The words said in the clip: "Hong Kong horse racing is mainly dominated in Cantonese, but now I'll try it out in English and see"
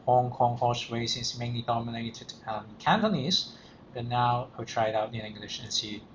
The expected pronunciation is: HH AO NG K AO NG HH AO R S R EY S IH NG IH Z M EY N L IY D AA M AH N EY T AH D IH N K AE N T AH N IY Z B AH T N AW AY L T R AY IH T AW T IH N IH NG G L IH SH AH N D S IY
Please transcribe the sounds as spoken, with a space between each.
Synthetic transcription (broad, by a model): HH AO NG K AO NG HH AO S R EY IH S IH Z M EY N L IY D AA M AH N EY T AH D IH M K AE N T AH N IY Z B AH T N AW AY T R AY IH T AW T IH N IH NG G L IH SH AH N S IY